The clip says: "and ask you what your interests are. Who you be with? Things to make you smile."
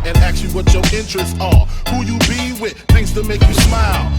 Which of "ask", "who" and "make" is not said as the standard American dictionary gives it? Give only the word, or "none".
ask